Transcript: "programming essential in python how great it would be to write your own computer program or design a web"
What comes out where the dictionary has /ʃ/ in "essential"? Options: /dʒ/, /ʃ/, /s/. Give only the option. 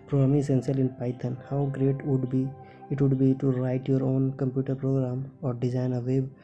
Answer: /s/